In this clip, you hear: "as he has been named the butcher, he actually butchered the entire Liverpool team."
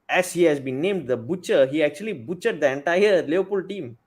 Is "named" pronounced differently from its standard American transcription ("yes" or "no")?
no